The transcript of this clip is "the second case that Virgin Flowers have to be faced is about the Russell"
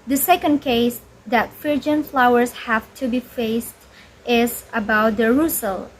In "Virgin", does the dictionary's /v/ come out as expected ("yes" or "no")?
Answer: no